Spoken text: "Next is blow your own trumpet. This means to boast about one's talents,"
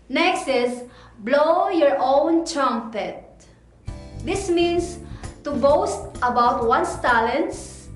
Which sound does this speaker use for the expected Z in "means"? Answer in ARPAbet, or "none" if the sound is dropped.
S